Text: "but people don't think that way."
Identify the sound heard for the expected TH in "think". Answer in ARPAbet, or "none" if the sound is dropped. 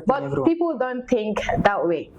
T